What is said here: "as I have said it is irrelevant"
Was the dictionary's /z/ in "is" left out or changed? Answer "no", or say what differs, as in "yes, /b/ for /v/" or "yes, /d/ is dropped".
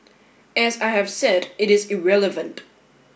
no